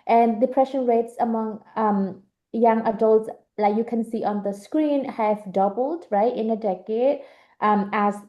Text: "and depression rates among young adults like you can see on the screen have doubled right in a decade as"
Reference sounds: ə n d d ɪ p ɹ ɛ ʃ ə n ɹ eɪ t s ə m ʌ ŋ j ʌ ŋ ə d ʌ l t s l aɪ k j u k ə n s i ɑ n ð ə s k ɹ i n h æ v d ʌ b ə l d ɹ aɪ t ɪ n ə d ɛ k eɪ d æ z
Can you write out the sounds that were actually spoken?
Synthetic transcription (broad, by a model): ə n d d ɪ p ɹ ɛ ʃ ə n ɹ eɪ t s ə m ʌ ŋ j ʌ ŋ ə d ʌ l t s l aɪ k j u k ə n s i ɑ n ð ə s k ɹ i n h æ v d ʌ b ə l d ɹ aɪ t ɪ n ə d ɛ k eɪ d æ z